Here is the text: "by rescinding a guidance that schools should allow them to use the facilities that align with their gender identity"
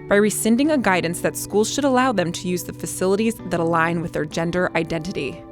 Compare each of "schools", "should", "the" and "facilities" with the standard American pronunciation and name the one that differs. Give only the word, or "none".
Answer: none